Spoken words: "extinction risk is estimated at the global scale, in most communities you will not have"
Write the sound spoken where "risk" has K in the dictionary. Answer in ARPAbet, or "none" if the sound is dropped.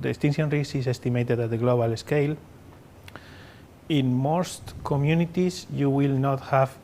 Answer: none